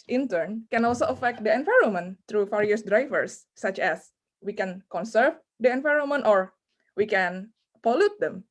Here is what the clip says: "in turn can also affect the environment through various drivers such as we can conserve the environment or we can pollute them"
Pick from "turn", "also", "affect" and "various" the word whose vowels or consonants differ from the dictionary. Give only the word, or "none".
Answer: various